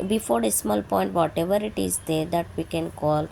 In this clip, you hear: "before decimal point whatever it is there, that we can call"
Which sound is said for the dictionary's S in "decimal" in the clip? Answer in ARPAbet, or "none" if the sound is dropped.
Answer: S